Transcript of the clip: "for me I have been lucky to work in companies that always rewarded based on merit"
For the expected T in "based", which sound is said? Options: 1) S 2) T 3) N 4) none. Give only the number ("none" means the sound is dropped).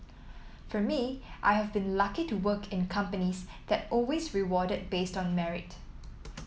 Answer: 2